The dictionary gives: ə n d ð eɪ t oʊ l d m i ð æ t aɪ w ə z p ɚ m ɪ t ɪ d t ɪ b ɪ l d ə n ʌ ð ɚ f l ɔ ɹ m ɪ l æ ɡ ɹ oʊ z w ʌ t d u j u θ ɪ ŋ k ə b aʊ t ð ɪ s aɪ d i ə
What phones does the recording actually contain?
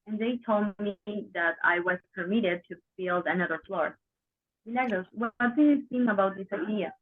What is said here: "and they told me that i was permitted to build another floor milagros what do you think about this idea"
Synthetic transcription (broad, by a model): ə n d ð eɪ t oʊ l d m i ð æ t aɪ w ə z p ɚ m ɪ t ɪ d t ɪ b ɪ l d ə n ʌ ð ɚ f l ɔ ɹ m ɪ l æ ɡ l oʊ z w ʌ t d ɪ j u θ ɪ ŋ ə b aʊ t ð ɪ s aɪ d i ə